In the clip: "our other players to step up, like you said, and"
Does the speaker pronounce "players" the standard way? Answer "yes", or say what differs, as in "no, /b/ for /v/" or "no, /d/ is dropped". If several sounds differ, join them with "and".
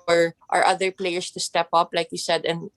no, /s/ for /z/